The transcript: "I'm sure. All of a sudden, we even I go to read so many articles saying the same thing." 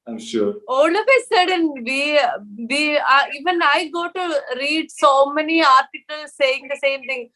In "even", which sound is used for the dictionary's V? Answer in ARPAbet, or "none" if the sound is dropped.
V